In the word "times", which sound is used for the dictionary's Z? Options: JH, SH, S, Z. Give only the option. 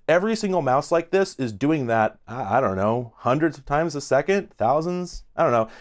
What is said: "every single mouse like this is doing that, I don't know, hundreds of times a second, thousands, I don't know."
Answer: Z